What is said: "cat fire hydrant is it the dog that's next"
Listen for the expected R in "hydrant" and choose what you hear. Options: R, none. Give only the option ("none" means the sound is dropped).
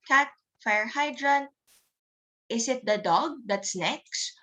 R